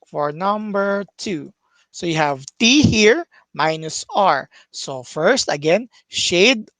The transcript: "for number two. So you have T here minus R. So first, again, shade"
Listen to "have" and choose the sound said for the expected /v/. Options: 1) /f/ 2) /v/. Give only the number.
2